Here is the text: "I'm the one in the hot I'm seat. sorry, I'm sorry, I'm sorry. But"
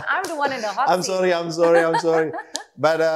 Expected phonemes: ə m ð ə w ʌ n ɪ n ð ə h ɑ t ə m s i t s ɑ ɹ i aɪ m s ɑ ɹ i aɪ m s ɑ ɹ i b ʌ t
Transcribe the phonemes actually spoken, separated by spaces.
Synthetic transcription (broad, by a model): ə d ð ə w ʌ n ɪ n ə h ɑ ə m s s ɑ ɹ i aɪ m s ɑ ɹ i aɪ m s ɑ ɹ i b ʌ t